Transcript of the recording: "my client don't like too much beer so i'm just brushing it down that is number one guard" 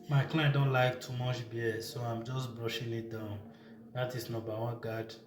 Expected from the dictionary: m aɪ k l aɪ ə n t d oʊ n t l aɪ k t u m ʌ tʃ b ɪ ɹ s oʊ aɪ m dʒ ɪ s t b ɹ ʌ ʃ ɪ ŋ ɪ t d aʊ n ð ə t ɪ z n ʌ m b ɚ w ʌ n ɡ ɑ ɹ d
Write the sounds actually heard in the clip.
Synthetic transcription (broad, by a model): m aɪ k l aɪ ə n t d oʊ n t l aɪ k t u m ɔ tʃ b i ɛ s oʊ aɪ m dʒ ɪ s b ɹ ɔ ʃ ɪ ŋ ɪ t d aʊ n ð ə t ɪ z n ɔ b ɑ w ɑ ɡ ɑ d